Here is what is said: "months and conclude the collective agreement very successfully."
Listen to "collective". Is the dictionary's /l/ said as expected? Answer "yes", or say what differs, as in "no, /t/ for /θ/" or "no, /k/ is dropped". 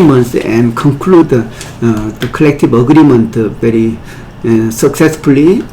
yes